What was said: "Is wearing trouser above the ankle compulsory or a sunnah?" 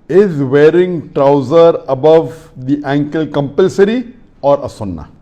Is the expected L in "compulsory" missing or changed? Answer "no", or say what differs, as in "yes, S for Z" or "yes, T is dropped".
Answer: no